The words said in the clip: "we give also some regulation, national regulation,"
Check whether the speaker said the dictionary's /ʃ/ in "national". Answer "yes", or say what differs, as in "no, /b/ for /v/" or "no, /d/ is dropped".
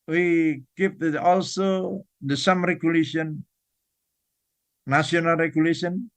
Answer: no, /ʃ/ is dropped